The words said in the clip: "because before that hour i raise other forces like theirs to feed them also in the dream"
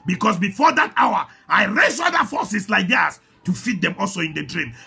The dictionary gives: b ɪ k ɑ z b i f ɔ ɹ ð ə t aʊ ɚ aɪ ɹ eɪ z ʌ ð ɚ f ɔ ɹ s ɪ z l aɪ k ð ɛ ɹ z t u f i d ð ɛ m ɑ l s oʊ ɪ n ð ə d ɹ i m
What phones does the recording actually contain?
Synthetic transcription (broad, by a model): b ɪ k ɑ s b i f ɔ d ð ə t aʊ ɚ aɪ ɹ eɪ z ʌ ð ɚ f ɔ s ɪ s l aɪ k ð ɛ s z t u f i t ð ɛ m ɑ l s oʊ ɪ n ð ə d ɹ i m